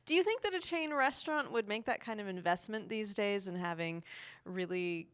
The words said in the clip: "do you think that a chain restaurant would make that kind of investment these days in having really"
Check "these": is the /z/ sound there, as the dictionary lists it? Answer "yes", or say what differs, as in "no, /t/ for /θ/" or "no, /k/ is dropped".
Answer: yes